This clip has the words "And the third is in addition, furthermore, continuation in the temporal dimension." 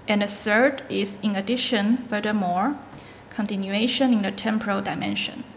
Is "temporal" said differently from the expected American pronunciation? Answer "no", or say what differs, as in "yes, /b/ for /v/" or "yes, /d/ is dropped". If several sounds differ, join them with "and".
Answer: no